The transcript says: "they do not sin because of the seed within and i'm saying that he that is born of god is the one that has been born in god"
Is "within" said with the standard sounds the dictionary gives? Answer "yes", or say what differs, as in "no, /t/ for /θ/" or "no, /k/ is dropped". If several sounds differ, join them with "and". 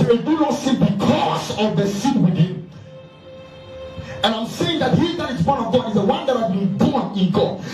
no, /t/ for /θ/ and /n/ is dropped